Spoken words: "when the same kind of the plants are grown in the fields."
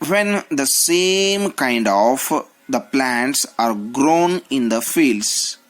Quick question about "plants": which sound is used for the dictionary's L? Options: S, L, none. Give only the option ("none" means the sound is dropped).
L